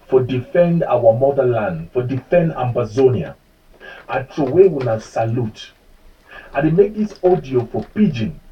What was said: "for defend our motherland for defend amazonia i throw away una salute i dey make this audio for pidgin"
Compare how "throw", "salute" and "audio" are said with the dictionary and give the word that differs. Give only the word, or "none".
throw